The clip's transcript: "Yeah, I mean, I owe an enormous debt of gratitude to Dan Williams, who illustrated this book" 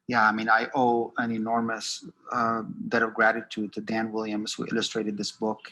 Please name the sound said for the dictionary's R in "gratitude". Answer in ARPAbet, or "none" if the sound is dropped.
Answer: R